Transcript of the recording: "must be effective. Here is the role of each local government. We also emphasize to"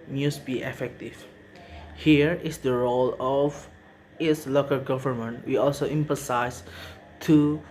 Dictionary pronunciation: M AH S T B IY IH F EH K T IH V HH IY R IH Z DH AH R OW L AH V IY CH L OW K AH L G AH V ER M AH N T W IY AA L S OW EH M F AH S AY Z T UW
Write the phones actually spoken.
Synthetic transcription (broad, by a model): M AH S B IY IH F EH K T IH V HH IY R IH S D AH R OW L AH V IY S L OW K AH L G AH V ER M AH N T W IY AA L S OW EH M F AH S AY S T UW